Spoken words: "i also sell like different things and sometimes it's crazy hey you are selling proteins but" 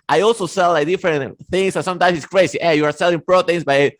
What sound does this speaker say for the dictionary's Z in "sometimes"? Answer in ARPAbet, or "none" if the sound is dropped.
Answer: S